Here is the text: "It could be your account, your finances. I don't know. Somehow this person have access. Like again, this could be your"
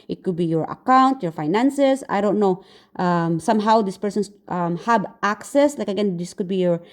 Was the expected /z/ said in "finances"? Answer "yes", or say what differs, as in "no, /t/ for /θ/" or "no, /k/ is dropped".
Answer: no, /s/ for /z/